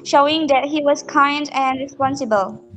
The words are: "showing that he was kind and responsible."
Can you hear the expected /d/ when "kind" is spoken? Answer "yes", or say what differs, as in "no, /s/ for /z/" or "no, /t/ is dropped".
yes